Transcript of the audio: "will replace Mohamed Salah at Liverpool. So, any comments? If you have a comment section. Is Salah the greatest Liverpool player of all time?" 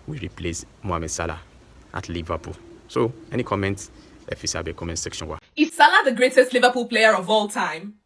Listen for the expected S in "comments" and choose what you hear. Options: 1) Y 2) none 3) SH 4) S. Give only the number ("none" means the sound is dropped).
2